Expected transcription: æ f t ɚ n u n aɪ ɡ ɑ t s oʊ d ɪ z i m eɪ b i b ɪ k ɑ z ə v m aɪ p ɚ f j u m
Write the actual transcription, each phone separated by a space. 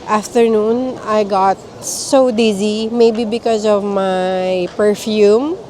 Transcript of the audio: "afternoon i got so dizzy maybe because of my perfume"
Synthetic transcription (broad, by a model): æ f t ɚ n u n aɪ ɡ ɑ t s oʊ d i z i m eɪ b i b ɪ k ɑ z ə v m aɪ p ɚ f j u m